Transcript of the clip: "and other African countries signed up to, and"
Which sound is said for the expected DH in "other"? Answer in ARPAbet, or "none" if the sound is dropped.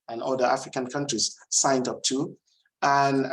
none